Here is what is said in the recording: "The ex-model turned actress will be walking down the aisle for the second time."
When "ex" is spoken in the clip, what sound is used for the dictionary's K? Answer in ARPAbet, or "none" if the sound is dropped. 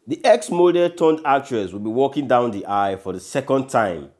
K